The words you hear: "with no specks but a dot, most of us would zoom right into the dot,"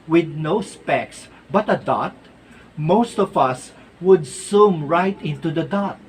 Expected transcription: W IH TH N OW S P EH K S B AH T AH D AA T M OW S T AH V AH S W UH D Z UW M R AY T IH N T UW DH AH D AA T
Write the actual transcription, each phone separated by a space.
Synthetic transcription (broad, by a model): W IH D N OW S P EH K S B AH T AH D AA T M OW S T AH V AH S W UH D S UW M R AY T IH N T UW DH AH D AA T